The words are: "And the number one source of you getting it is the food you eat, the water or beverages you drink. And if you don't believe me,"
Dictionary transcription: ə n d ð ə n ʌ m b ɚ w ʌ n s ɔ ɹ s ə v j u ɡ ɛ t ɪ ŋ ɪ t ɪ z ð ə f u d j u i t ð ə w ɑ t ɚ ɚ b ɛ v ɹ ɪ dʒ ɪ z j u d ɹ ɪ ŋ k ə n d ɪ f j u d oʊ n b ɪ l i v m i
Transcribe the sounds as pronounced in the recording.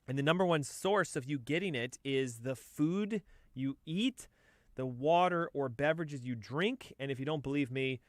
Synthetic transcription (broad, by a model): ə n ð ə n ʌ m b ɚ w ʌ n s ɔ ɹ s ə v j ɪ ɡ ɛ t ɪ ŋ ɪ t ɪ z ð ə f u d j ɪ i t ð ə w ɑ t ɚ ɚ b ɛ v ɹ ɪ dʒ ɪ z j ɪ d ɹ ɪ ŋ k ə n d ɪ f j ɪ d oʊ n b ɪ l i v m i